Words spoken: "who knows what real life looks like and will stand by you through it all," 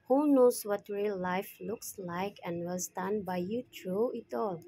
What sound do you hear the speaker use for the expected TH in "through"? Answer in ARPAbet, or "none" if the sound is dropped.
T